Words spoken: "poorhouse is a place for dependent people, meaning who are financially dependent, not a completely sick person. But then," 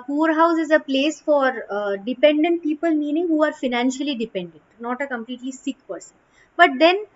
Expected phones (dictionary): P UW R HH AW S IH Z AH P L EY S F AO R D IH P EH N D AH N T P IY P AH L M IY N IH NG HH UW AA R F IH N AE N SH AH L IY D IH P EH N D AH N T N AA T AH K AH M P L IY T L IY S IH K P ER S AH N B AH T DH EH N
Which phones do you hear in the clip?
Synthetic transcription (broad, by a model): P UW R HH AW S IH Z AH P L EY S F AO R D IH P EH N D AH N T P IY P AH L M IY N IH NG HH UW AA R F IH N AE N SH AH L IY D IH P EH N D AH N T N AA T AH K AH M P L IY T L IY S IH K P ER S AH N B AH T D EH N